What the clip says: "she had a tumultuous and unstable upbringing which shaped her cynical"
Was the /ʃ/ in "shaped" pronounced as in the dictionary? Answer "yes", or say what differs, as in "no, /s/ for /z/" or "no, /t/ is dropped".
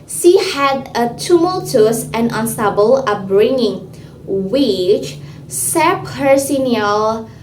no, /s/ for /ʃ/